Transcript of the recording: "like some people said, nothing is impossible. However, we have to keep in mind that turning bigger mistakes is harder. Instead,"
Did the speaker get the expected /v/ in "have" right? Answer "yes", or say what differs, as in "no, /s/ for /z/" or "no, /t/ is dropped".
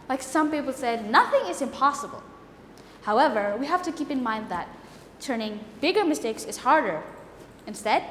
no, /f/ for /v/